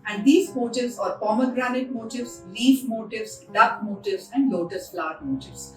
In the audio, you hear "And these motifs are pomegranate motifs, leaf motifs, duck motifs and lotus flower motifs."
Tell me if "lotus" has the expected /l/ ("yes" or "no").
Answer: yes